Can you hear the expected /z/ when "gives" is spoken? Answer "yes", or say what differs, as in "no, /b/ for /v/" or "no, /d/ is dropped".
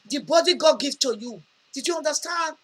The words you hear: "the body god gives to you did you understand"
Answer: no, /z/ is dropped